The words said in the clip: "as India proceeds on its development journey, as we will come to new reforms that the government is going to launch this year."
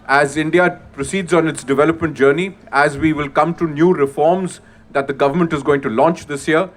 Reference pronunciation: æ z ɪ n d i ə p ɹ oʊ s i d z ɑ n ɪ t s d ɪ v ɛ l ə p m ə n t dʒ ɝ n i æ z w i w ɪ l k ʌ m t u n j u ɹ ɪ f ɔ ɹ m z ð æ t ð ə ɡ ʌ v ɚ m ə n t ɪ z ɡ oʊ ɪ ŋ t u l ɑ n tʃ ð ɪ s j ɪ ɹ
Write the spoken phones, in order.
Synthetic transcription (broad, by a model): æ z ɪ n d i ə p ɹ oʊ s i d z ɑ n ɪ t s d ɪ v ɛ l ə p m ə n t dʒ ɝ n i æ z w i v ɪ l k ʌ m t u n j u ɹ ɪ f ɔ ɹ m z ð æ t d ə ɡ ʌ v ɚ m ə n t ɪ z ɡ oʊ ɪ ŋ t u l ɑ n tʃ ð ɪ s j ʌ ɹ